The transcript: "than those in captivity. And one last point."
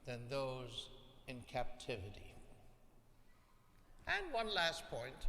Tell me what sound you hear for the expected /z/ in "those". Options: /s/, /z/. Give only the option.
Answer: /z/